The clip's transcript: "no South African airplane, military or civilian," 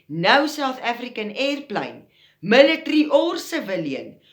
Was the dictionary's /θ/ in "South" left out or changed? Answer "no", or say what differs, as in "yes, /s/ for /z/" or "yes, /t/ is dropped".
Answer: yes, /s/ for /θ/